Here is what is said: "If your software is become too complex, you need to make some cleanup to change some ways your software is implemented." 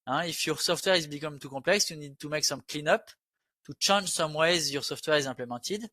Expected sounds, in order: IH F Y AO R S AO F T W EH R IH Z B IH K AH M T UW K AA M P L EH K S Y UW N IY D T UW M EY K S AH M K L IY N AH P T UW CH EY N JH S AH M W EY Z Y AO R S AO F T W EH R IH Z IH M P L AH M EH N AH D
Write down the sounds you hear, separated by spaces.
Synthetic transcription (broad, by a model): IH F Y AO R S AO F T W EH R IH Z B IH K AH M T UW K AA P L EH K S Y UW N IY D T UW M EY K S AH M K L IY N AH P T UW CH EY N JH S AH M W EY Z Y AO R S AO F T W EH R IH Z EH P L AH M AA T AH D